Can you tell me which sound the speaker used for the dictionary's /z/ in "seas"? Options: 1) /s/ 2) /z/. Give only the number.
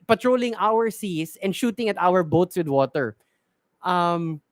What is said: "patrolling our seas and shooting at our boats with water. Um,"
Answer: 1